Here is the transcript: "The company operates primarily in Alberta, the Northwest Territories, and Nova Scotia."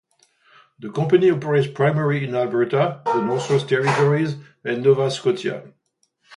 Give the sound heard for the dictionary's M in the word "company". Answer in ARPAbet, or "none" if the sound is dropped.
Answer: none